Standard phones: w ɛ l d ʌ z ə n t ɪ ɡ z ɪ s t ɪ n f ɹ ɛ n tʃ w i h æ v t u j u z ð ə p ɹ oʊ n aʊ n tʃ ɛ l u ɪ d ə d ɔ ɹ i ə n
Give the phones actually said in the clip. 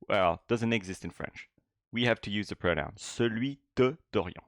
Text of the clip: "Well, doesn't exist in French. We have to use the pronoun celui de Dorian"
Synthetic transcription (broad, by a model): w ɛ l d ʌ z ə n t ɪ ɡ z ɪ s t ɪ n f ɹ ɛ n tʃ w i h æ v t u j u z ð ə p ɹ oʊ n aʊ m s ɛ l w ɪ d ə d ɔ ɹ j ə